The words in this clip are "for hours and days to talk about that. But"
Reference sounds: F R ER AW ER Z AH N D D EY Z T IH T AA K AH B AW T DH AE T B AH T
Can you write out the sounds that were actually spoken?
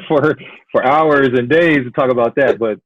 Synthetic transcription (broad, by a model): F R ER AW ER Z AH N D D EY Z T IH T AA K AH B AW T DH AE T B AH T